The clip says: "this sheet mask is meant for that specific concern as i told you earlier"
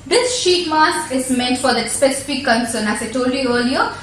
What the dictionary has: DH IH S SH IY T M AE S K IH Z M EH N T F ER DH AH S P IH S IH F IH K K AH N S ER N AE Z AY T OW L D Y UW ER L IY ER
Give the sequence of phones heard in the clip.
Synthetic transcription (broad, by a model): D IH S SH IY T M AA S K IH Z M EH N T F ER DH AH S P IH S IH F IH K K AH N S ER N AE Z AY T OW L D Y UW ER L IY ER